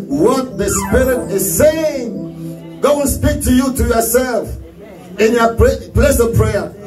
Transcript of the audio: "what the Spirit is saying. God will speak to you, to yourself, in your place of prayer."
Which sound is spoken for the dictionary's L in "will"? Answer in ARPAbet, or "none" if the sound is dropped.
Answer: N